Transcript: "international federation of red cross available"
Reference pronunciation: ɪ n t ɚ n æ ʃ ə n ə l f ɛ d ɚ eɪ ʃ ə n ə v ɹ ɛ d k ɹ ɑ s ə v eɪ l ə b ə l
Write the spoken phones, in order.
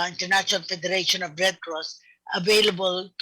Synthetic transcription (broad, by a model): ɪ n t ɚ n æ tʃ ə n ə l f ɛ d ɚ eɪ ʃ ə n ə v ɹ ɛ d k ɹ ɑ s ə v eɪ l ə b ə l